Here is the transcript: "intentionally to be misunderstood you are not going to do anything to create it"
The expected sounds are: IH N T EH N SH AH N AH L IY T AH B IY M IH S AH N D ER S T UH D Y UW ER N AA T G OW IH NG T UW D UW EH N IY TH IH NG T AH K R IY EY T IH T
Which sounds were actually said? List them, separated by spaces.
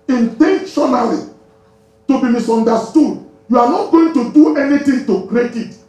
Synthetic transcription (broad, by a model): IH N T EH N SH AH N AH L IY T AH B IY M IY S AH N D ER S T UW D Y UW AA N AA T G OW IH NG T UW D UW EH N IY T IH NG T AH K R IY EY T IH T